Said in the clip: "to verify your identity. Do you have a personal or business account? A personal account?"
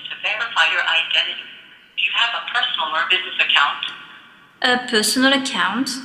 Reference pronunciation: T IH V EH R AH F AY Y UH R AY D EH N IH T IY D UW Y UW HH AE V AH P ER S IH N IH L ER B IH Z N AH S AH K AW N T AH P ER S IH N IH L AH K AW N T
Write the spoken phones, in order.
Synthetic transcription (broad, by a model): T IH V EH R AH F AY Y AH R AY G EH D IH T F Y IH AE V AH P ER S N L ER B IH Z N AH S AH K AW N T AH P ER S N L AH K AW N T